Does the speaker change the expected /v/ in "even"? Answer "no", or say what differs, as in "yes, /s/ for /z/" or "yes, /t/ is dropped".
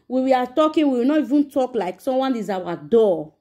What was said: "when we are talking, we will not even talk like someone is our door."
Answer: no